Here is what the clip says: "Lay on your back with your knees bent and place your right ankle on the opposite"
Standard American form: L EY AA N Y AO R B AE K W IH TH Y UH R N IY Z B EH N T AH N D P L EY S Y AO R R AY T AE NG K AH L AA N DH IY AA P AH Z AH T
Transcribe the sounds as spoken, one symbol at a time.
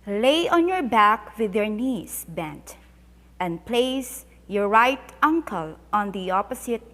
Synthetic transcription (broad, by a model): L EY AA N Y AO R B AE K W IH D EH R N IY S B EH N T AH N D P L EY S Y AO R R AY T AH NG K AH L AA N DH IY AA P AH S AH T